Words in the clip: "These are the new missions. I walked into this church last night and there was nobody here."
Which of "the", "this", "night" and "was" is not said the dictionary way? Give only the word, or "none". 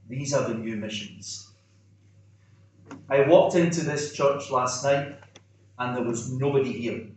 none